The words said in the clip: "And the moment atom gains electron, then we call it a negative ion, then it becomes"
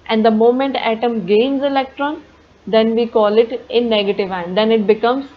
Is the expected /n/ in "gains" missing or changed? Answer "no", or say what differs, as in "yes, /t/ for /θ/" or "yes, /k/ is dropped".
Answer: no